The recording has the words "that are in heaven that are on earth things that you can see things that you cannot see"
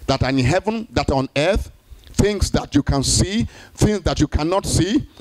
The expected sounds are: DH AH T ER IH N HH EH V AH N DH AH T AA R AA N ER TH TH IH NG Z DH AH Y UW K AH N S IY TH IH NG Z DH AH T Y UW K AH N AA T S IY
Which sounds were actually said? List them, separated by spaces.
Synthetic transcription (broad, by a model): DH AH T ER IH N HH EH V AH N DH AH T AA R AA N ER TH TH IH NG S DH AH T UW K AH N S IY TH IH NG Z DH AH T Y UW K AH N AA T S IY